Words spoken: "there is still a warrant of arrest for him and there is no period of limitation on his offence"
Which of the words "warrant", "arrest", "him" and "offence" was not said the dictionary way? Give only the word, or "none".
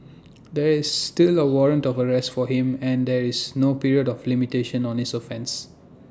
none